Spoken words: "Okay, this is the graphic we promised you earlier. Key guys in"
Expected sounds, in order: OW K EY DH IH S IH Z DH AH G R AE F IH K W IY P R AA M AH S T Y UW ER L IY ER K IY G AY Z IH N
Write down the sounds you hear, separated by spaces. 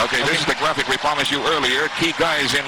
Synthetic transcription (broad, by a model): OW K EY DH IH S IH Z DH AH G R AE F IH K W IY P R AA M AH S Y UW ER L IY ER K IY G AY Z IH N